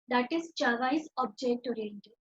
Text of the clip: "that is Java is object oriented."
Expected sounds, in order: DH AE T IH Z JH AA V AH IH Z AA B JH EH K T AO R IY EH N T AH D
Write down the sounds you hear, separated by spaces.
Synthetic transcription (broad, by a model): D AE T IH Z CH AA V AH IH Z AA B JH EH K T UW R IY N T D